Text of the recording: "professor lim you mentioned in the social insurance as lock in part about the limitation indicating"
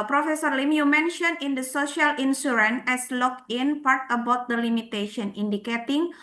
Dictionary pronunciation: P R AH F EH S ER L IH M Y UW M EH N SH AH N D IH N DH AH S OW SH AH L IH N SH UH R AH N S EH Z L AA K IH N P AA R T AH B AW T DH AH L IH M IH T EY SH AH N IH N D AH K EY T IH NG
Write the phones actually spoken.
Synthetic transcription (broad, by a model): P R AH F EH S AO L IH M Y UW M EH N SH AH N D IH N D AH S OW SH AH L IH N S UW R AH N EH S L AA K IH N P AA R T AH B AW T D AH L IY M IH T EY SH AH N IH N D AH K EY T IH NG